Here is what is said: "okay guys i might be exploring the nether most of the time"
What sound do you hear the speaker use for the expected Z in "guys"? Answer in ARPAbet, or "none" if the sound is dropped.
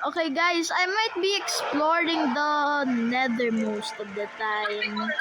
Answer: S